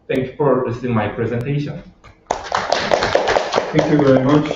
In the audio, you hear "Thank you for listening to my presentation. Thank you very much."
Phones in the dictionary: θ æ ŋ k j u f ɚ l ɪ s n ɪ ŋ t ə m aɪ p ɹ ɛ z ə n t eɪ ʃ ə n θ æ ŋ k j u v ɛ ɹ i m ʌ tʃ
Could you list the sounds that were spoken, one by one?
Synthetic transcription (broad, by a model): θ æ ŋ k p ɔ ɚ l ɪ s ɪ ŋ m aɪ p ɹ ɛ z ə n t eɪ ʃ ə n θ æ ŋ k j u v ɛ ɹ i m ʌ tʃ